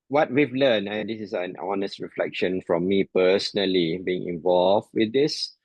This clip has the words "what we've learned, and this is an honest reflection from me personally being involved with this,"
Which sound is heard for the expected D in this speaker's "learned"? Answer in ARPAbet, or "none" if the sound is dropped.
none